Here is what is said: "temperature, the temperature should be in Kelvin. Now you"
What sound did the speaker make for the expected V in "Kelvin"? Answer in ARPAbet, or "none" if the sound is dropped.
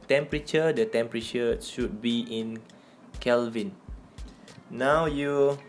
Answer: V